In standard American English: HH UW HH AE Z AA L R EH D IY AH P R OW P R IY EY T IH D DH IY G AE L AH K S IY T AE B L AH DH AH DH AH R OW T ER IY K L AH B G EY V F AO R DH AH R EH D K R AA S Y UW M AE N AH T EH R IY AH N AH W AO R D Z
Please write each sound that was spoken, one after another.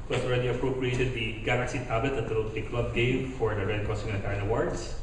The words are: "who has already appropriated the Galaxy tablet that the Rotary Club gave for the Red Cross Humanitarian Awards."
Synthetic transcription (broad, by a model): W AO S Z AA L R EH D IY AH P R OW P R IY EY T IH D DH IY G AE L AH K S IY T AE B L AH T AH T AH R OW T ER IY K L AH B G EY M F AO R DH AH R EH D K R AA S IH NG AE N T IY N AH W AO R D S